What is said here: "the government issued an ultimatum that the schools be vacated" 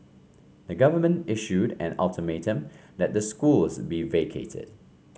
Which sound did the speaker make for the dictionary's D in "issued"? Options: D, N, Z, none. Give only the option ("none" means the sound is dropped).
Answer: D